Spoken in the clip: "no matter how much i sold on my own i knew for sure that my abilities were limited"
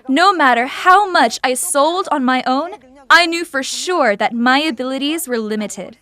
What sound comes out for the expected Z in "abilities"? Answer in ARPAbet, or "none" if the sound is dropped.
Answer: Z